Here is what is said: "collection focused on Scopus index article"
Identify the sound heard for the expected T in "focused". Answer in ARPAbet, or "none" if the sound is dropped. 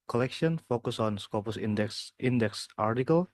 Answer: none